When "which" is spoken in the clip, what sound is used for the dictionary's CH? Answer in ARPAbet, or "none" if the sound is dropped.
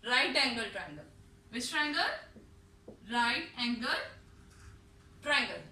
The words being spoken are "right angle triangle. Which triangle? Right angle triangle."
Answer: S